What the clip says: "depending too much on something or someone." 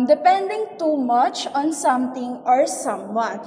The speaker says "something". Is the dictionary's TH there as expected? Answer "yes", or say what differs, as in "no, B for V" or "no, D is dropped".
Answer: no, T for TH